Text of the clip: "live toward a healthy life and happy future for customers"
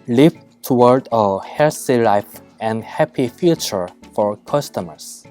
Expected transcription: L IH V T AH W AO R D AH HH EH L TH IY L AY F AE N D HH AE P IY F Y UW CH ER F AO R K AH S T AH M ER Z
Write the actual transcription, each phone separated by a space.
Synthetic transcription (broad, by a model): L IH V T AH W AO R D AH HH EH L S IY L AY F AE N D HH AE P IY F Y UW CH ER F AO R K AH S T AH M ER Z